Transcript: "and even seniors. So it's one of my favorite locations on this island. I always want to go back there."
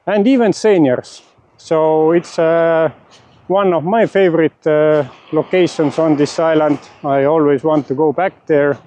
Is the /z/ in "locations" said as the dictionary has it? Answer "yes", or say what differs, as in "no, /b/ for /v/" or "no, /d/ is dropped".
no, /s/ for /z/